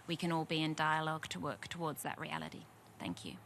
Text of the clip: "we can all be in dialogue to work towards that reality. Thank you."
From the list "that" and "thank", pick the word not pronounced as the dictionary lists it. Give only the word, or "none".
none